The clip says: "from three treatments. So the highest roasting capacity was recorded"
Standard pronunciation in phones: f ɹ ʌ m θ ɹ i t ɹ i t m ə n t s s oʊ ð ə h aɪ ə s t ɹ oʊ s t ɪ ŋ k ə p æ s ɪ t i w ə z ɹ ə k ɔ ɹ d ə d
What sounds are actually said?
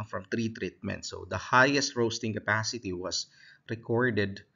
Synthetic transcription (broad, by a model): f ɹ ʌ m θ ɹ i t ɹ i t m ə n t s s oʊ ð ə h aɪ ə s t ɹ oʊ s t ɪ ŋ k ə p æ s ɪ t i w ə s ɹ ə k ɔ ɹ d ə d